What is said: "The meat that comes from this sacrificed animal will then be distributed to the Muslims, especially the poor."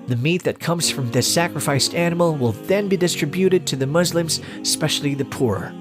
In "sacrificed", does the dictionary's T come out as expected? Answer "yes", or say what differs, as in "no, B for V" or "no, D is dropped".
yes